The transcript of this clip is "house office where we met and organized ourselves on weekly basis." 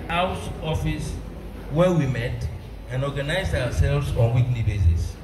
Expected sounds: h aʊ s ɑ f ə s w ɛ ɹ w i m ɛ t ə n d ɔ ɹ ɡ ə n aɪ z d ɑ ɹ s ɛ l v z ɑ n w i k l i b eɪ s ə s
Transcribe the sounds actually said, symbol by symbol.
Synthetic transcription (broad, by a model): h aʊ s ɑ f ə s w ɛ w i m ɛ t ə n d ɔ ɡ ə n aɪ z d ɑ w s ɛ l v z ɑ n w i k l i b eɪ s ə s